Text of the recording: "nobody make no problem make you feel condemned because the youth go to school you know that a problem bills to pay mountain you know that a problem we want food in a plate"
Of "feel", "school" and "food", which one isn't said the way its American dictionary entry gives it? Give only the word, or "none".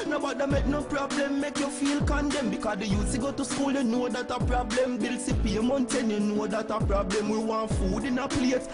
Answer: none